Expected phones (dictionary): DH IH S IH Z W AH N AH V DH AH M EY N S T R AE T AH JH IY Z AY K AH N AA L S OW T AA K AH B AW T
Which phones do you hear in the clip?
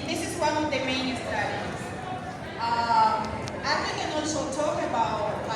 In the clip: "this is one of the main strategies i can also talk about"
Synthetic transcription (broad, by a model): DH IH S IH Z W AH N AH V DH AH M EY N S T AH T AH Z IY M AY K AH N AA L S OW T AA K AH B AW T